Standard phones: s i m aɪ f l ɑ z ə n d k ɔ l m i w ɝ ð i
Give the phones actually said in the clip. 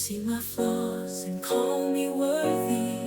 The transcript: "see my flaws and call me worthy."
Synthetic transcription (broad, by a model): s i m aɪ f ɑ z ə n k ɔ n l i w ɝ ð i